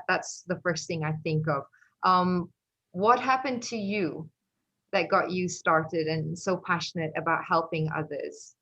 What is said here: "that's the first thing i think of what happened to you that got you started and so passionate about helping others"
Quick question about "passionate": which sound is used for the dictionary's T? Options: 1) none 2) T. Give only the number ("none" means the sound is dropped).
2